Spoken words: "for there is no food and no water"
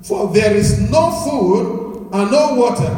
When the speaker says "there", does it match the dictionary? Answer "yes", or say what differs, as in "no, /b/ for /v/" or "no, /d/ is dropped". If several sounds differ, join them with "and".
yes